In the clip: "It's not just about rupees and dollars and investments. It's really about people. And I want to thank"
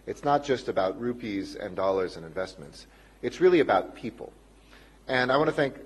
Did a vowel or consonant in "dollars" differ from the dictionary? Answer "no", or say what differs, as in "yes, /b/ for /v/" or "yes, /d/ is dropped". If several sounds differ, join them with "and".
no